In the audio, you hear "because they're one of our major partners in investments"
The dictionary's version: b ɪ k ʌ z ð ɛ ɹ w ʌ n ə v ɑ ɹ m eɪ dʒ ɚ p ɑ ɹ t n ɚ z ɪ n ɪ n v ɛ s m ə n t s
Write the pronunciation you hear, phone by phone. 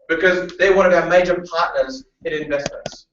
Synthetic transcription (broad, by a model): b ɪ k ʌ z ð ɛ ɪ w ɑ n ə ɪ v m eɪ dʒ ɚ p ɑ ɹ t n ɚ z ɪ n ɪ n v ɛ s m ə n t s